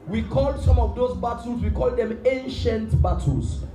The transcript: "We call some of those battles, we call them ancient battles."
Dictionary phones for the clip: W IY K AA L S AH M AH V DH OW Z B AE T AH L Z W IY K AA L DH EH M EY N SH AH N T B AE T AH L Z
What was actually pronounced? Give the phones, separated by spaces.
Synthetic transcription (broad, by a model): W IY K AA L S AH M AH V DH OW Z B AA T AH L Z W IY K AA L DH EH M EY N SH AH N T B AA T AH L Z